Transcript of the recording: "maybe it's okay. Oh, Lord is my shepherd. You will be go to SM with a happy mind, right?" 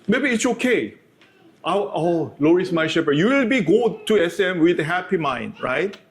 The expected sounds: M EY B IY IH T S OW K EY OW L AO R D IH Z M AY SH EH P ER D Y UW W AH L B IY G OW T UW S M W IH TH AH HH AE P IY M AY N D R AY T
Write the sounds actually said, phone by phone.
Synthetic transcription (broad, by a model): M EY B IY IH T S OW K EY OW L AO R IH S M AY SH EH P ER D Y UW W AH L B IY G OW T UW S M W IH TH AH HH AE P IY M AY N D R AY T